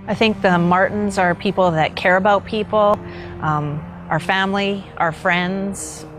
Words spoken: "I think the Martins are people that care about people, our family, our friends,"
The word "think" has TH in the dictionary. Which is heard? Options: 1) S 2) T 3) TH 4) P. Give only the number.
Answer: 3